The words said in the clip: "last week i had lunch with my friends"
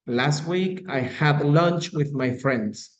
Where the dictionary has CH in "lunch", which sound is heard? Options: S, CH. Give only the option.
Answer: CH